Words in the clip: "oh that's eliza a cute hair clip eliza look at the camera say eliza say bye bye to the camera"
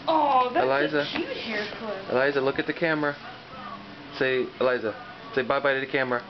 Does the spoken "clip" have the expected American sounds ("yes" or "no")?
no